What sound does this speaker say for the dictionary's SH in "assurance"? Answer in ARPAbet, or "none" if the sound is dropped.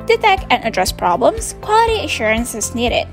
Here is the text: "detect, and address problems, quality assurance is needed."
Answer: SH